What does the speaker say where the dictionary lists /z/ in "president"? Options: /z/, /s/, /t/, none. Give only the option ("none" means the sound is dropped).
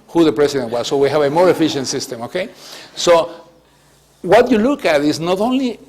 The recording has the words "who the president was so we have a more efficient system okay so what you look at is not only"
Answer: /s/